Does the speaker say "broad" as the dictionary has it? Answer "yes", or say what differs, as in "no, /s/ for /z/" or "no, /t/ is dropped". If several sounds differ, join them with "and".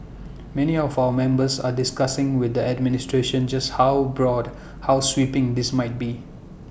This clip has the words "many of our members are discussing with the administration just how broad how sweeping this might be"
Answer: yes